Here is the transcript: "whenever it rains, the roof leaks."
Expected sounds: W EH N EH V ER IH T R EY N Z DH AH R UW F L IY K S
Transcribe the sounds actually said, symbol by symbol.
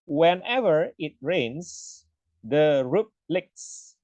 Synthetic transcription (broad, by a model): W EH N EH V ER IH T R EY N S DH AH R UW P L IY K S